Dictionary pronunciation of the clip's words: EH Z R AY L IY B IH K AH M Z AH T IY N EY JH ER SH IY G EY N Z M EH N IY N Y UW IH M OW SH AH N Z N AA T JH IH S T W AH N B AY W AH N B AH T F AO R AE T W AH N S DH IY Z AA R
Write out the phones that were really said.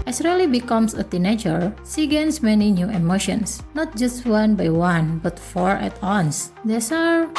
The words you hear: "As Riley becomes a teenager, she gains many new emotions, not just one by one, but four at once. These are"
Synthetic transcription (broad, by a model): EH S R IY L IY B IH K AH M S AH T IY N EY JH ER S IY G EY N S M EH N IY N Y UW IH M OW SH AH N S N AA T JH IH S T W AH N B AY W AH N B AH T F AO R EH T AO N S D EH S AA R